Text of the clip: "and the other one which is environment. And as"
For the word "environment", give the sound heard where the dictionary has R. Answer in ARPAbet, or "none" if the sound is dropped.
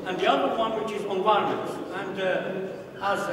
none